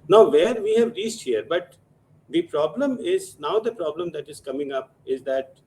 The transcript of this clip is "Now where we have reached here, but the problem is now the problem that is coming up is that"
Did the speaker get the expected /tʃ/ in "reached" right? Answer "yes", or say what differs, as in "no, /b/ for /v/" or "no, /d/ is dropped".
no, /s/ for /tʃ/